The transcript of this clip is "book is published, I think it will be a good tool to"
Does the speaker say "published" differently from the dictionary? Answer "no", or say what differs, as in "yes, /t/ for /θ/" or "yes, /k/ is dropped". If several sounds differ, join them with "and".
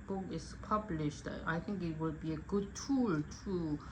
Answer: no